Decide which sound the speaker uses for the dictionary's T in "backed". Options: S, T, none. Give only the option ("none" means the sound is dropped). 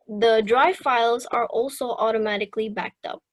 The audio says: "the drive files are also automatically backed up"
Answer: T